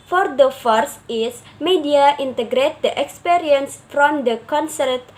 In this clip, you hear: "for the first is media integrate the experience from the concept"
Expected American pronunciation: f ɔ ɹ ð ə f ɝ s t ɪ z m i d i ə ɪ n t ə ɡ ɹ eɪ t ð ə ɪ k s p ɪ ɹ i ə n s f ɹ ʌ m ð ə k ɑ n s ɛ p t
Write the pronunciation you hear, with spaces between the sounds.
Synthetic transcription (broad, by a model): f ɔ ɹ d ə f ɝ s ɪ s m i d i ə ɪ n t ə ɡ ɹ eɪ t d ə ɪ k s p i ɹ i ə n s f ɹ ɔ m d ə k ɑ n s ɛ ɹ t